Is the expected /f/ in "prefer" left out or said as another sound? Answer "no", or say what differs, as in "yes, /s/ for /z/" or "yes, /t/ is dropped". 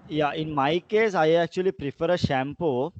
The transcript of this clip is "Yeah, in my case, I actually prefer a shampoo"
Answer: no